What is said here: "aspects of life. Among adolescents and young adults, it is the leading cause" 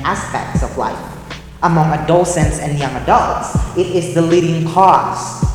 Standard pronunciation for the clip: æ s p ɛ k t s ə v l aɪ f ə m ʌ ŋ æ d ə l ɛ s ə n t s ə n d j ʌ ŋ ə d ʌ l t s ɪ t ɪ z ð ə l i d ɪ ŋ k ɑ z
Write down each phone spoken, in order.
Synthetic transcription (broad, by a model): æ s p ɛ k t s ə v l aɪ f ə m ʌ ŋ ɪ d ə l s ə n t s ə n j ʌ ŋ ə d ʌ l t s ɪ t ɪ z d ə l i d ɪ ŋ k ɑ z